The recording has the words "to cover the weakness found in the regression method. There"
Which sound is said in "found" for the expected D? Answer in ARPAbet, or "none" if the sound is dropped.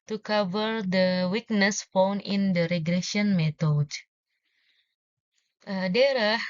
none